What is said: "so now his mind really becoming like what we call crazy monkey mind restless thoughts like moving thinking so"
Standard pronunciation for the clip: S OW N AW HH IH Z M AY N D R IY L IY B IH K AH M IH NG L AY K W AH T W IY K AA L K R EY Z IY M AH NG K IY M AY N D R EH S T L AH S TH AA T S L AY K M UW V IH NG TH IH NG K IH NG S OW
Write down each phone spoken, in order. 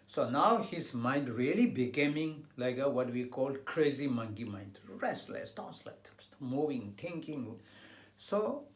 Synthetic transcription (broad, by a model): S OW N AW HH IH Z M AY N D R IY L IY B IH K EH M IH NG L AY K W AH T W IY K AA L K R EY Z IY M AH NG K IY M AY N D R EH S T L AH S T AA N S L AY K M UW V IH NG T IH NG K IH NG S OW